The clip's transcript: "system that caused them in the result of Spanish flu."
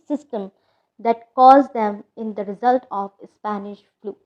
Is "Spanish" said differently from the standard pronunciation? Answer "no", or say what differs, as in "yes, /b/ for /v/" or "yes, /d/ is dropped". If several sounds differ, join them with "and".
no